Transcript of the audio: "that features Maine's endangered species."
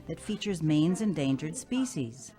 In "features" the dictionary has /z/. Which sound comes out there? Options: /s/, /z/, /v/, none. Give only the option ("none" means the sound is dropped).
/z/